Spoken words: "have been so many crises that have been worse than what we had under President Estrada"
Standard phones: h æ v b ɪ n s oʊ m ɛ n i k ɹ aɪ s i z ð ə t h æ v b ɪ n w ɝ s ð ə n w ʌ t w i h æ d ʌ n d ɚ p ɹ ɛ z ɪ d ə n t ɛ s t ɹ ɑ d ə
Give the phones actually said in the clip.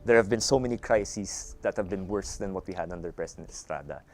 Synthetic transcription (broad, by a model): h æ v b ɪ n s oʊ m ɛ n i k ɹ aɪ s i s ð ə t h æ v b ɪ n w ɝ s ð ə n w ʌ t w i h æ d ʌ n d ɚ p ɹ ɛ s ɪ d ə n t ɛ s t ɹ ɑ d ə